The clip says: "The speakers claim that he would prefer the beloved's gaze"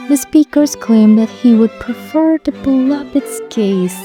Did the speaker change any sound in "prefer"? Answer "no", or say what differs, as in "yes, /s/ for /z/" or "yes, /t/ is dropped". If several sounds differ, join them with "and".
no